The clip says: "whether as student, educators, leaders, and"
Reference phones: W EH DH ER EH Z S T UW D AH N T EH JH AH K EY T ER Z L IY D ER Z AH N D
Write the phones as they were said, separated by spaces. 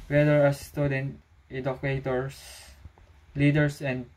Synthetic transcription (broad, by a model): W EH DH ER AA S T UW D AH N T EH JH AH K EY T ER S L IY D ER S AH N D